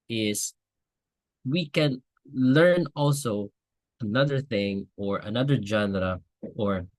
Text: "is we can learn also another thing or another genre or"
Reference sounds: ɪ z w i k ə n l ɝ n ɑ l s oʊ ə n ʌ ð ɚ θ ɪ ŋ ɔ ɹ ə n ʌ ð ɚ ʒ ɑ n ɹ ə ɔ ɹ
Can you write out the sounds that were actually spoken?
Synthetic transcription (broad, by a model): ɪ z w i k ə n l ɝ n ɑ l s oʊ ə n ʌ ð ɚ θ ɪ ŋ ɔ ɹ ə n ʌ ð ɚ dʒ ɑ n ɹ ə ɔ ɹ